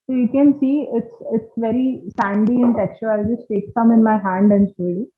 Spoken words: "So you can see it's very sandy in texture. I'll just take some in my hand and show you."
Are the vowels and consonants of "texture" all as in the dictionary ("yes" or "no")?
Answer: no